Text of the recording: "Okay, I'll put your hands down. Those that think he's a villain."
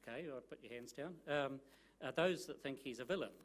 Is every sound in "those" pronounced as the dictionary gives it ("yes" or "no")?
yes